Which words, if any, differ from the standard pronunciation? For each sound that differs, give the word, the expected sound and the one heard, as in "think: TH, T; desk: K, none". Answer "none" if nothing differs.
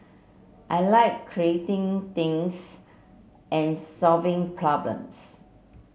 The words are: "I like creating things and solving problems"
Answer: things: TH, T; problems: Z, S